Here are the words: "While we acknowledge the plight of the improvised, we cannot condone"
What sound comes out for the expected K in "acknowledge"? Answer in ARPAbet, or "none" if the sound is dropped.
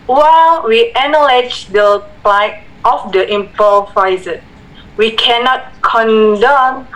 none